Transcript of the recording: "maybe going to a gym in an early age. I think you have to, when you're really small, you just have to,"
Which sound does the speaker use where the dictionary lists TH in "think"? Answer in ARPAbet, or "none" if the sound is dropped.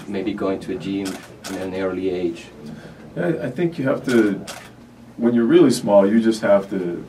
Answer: TH